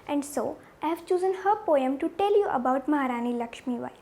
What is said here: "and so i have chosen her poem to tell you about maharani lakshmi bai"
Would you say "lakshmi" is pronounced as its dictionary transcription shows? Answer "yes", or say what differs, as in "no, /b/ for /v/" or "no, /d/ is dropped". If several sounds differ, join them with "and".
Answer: yes